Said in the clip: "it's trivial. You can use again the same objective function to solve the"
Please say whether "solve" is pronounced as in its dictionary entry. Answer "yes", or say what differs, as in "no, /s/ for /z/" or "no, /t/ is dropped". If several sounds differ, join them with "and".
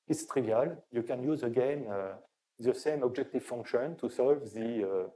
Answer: yes